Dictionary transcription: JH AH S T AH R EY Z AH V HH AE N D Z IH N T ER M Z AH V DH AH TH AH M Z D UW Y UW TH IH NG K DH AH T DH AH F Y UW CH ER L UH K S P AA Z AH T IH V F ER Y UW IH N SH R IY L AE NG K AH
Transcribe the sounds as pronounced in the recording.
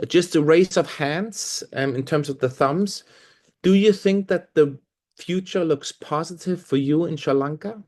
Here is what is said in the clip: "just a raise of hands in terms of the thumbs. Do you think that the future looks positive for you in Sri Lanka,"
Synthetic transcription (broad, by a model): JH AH S T AH R EY S AH V HH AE N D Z IH N T ER M Z AH V DH AH TH AH M Z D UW Y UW TH IH NG K DH AH T DH AH F Y UW CH ER L UH K S P AA Z AH T IH V F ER Y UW IH N SH AH L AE NG K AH